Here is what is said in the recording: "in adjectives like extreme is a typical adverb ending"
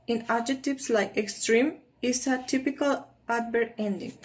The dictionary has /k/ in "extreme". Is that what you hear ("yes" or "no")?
yes